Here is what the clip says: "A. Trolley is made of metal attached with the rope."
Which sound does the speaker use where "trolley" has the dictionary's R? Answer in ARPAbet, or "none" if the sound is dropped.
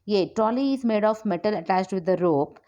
none